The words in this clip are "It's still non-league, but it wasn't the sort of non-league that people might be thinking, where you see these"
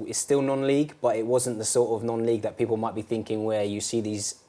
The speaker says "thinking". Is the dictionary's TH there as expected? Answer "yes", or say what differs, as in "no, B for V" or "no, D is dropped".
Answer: yes